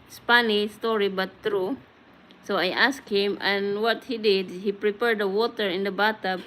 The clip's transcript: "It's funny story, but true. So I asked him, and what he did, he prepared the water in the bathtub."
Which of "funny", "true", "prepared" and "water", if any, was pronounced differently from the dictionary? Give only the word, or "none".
funny